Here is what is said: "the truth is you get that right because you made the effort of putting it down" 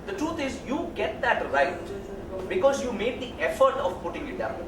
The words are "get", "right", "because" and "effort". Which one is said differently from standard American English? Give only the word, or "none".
none